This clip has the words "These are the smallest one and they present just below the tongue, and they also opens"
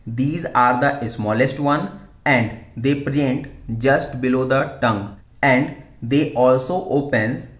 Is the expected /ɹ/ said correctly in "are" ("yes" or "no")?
yes